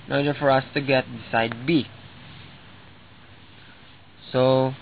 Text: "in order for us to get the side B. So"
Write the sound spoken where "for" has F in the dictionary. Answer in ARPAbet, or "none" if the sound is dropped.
F